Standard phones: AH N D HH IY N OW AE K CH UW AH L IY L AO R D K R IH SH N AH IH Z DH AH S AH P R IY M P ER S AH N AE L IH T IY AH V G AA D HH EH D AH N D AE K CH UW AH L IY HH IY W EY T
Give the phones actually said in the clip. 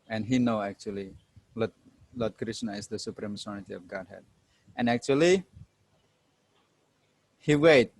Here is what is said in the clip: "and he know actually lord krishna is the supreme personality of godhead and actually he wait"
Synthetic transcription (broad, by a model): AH N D HH IY N OW AE K CH UW AH L IY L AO L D K R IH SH N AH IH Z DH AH S AH P R IY M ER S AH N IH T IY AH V G AA D HH EH D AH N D AE K CH UW AH L IY HH IY W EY T